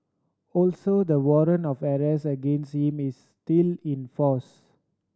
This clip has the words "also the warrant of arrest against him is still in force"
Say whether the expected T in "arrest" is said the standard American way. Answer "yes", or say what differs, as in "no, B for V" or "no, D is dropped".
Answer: no, T is dropped